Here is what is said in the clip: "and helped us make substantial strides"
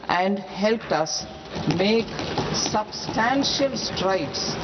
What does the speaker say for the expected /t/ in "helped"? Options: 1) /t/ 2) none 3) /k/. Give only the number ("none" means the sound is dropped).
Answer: 1